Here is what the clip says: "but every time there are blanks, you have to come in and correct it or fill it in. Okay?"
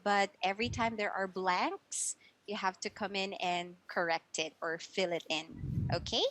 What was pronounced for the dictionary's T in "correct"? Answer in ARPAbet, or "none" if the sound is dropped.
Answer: T